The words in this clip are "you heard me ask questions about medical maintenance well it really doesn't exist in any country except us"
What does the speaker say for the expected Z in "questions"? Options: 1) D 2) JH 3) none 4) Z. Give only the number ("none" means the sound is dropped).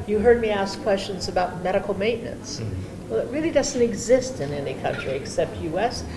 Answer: 4